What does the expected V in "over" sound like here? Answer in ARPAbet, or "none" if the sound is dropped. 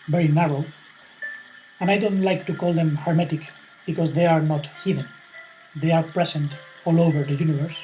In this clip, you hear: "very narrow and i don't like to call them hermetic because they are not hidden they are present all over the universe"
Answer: V